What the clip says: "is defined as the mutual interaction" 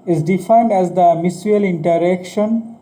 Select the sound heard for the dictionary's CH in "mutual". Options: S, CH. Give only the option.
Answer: S